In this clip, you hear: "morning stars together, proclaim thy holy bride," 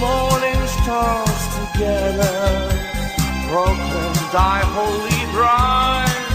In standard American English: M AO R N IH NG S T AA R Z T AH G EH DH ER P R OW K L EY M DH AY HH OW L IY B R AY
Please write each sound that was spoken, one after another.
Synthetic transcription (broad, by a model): M AO R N IH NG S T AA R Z T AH G EH DH ER B R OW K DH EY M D AY HH OW L IY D R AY